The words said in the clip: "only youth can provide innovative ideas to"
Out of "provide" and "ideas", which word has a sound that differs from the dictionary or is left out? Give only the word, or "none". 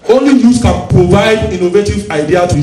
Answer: ideas